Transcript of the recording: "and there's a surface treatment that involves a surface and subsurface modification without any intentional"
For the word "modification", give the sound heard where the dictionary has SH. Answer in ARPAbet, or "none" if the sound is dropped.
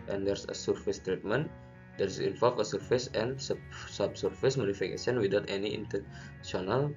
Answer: S